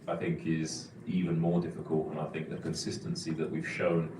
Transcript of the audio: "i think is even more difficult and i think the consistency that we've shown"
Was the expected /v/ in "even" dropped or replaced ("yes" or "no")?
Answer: no